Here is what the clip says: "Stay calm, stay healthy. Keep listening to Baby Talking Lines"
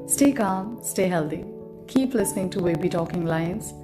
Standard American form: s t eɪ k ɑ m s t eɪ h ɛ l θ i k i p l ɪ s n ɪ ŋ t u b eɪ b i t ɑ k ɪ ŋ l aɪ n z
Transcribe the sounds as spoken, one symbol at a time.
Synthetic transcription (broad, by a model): s t eɪ k ɑ m s t eɪ h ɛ l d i k i p l ɪ s n ɪ ŋ t u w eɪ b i t ɑ k ɪ ŋ l aɪ n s